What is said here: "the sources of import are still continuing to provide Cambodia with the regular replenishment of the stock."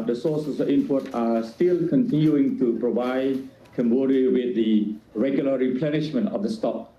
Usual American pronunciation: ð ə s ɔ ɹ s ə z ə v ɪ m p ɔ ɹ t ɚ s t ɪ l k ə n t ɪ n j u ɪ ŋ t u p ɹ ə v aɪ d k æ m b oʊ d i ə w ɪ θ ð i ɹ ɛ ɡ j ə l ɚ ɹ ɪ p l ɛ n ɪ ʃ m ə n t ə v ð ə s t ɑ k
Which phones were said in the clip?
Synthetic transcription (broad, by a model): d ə s ɔ s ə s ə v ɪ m p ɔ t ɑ s t ɪ l k ə n t ɪ n j u ɪ ŋ t u p ɹ ə v aɪ d k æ m b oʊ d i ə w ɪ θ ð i ɹ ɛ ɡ j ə l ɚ ɹ ɪ p l ɛ n ɪ ʃ m ə n t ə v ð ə s t ɑ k